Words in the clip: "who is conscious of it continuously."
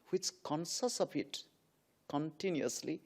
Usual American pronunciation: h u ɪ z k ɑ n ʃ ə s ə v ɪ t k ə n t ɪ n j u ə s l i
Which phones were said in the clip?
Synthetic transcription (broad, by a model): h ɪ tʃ k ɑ n s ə s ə p ɪ t k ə n t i n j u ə s l i